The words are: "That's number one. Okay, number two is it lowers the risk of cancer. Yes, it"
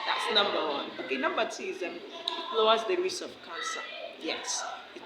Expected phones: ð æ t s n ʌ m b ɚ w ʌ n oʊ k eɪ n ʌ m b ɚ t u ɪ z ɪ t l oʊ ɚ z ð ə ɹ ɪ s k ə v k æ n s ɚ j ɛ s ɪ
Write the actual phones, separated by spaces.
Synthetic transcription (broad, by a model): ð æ t s n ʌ m b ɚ w ʌ n oʊ k eɪ n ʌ m b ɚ t u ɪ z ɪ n l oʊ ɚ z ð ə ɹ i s ə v k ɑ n s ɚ j ɛ s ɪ